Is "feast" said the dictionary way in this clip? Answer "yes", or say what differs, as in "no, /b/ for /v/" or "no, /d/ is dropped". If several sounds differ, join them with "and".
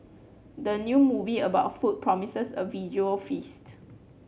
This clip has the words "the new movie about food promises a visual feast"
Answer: yes